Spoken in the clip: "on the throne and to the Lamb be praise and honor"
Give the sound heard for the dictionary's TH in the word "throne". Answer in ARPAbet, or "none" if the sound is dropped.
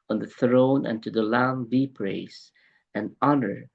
TH